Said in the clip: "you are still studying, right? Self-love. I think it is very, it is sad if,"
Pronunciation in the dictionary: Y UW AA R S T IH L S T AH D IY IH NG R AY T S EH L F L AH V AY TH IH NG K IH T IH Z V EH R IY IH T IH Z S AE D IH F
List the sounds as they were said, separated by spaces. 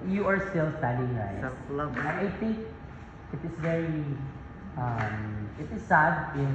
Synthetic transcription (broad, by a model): Y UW AA R S T IH L S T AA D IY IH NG R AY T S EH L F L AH AY TH IH NG K IH T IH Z V EH R IY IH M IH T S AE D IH